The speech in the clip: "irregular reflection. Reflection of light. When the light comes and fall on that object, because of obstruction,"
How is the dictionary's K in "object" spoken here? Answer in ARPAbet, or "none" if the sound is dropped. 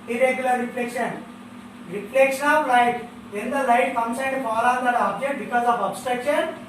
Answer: K